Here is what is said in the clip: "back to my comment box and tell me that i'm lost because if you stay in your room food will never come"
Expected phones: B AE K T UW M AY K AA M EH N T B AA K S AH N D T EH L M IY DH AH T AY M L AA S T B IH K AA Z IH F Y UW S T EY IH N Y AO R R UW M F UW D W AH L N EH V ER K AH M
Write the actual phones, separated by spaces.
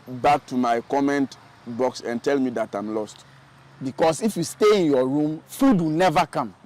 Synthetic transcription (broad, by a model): B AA K T UW M AY K AA M EH N T B AA K S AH N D T EH L M IY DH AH T AY M L AA S T B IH K AA S IH F Y UW S T EY IH N Y AO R R UW M F UW D W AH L N EH V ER K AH M